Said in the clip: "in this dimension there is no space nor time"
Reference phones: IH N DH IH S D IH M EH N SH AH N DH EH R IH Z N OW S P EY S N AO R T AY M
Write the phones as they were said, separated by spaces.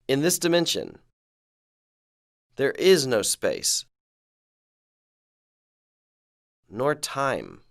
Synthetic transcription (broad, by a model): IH N DH IH S D IH M EH N SH AH N DH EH R IH Z N OW S P EY S N AO R T AY M